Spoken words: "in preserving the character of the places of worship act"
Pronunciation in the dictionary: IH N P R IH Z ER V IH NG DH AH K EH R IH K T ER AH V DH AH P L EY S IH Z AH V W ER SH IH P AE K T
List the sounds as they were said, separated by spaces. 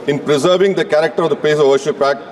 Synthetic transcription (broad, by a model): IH N P R IH Z ER V IH NG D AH K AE R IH K T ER AH V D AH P EY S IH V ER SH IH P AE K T